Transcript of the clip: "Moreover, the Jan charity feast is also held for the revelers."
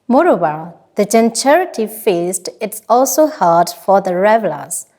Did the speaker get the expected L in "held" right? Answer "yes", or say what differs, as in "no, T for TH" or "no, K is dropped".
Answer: no, L is dropped